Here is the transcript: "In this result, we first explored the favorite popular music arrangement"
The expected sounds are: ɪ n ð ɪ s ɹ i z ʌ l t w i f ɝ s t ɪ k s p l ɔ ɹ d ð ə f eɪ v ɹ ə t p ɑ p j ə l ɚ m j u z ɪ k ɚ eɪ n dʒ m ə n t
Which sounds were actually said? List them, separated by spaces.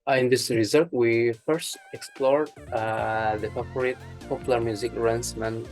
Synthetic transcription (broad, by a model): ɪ n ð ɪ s ɹ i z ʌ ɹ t w i f ɝ s t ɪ k s p l ɔ ɹ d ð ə p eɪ p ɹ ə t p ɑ p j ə l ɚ m j u z ɪ k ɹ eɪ n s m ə n